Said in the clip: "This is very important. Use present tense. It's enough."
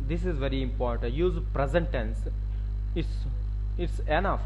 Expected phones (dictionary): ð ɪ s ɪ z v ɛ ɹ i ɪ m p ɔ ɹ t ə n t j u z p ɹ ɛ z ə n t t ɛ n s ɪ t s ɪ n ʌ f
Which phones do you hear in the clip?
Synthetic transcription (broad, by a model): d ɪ s ɪ z v ɛ ɹ i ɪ m p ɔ ɹ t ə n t j u z p ɹ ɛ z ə n t s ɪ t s ɪ t s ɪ n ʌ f